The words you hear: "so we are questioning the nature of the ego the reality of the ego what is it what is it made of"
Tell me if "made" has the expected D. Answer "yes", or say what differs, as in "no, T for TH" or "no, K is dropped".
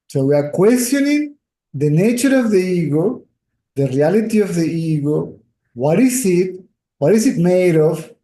yes